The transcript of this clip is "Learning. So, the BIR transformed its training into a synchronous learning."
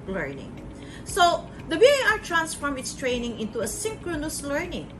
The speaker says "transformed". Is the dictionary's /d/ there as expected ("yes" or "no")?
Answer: no